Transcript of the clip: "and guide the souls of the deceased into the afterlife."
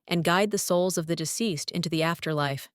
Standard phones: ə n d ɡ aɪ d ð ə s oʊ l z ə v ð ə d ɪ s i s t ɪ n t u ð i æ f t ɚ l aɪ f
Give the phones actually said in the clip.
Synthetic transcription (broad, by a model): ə n ɡ aɪ d ð ə s oʊ l z ə v ð ə d ɪ s i s t ɪ n t u ð i æ f t ɚ l aɪ f